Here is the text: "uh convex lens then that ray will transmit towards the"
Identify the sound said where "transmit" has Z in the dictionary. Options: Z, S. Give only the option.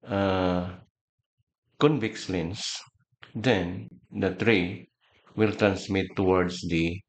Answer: S